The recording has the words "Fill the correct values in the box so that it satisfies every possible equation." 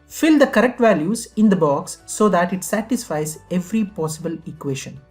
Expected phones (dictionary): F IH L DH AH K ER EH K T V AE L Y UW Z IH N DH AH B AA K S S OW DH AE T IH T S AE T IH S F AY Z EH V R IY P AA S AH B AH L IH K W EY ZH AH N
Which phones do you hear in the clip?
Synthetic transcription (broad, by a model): F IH L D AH K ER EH K T V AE L Y UW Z IH N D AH B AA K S S OW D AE T IH T S AE T IH S F AY Z EH V R IY P AA S AH B AH L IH K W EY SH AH N